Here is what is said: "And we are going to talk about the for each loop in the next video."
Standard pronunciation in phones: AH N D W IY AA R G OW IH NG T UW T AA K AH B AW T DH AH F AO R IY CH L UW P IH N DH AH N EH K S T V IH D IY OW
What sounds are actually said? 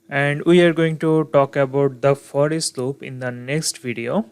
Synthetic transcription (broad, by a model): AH N D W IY AA R G OW IH NG T UW T AA K AH B AW T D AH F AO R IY S L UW P IH N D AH N EH K S T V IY D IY OW